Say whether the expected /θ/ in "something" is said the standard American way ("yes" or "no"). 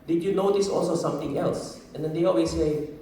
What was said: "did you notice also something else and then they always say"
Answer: no